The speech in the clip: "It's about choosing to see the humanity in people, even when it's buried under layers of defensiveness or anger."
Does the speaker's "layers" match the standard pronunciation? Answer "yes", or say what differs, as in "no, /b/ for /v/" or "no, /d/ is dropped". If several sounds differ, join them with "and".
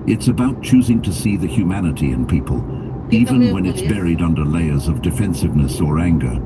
yes